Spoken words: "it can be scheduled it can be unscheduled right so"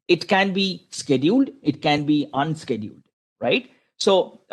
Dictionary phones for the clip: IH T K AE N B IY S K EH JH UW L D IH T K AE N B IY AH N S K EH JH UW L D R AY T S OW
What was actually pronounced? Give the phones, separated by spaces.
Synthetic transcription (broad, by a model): IH T K AE N B IY S K EH JH UW L D IH T K AE N B IY AH N S K EH JH UW L D R AY T S OW